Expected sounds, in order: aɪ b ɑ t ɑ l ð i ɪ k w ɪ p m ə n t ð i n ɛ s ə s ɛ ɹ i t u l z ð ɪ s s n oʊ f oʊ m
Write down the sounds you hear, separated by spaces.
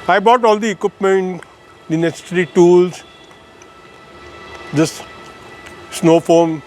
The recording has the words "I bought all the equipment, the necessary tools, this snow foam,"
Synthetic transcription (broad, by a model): aɪ b ɑ t ɑ l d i ɪ k w ɪ p m ə n t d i n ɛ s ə s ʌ ɹ i t u l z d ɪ s s n oʊ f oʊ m